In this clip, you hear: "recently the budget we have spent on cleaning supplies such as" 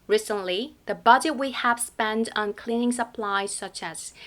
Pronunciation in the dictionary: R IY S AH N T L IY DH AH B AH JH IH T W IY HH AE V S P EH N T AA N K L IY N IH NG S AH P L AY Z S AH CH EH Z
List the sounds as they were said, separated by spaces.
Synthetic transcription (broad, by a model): R IY S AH N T L IY DH AH B AH JH IH T W IY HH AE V S P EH N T N K L IY N IH NG S AH P L AY Z S AH CH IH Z